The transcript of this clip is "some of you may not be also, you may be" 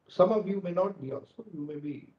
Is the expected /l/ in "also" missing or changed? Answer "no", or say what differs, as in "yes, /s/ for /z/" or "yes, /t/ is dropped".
yes, /l/ is dropped